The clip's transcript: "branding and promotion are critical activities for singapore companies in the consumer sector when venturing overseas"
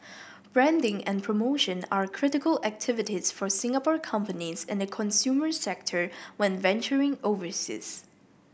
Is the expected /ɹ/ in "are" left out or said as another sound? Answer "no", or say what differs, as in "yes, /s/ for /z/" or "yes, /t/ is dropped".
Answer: no